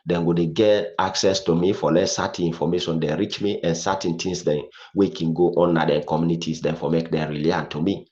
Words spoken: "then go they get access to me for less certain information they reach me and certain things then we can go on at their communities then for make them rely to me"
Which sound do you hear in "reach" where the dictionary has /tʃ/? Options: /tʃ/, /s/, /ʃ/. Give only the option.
/tʃ/